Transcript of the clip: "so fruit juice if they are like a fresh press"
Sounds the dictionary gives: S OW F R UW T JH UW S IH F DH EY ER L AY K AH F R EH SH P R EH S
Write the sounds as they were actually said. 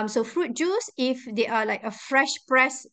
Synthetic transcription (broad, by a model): S OW F R UW T JH UW S IH F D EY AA L AY K AH F R EH SH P R EH S